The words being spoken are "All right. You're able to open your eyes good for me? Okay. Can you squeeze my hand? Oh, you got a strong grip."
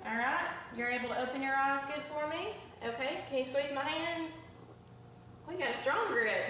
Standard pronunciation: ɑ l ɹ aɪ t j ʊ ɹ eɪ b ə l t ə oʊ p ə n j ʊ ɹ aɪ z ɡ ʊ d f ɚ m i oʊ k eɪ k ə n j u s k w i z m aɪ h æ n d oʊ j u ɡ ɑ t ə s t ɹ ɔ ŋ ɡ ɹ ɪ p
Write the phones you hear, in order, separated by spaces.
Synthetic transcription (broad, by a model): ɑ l ɹ aɪ t j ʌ ɹ eɪ b l t ə oʊ p ə n j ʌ ɹ aɪ z ɡ ʊ d f ɚ m i oʊ k eɪ k ə n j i s w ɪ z m aɪ h æ n d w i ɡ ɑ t s t ɹ ɔ ŋ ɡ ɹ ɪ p